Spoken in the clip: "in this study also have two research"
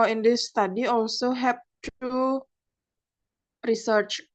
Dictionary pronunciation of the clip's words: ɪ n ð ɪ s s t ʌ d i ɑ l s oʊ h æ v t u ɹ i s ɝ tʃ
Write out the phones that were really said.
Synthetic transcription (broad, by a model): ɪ n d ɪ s s t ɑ d i ɑ l s oʊ h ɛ p t u ɹ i s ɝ tʃ